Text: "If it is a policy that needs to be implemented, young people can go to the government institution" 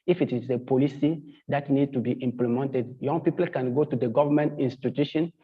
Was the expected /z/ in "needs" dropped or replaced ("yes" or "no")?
yes